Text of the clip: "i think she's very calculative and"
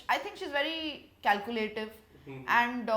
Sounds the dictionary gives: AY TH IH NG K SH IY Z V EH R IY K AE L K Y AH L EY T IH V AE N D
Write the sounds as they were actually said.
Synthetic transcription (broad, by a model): AY T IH NG K SH IY Z V EH R IY K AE L K Y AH L EY T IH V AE N D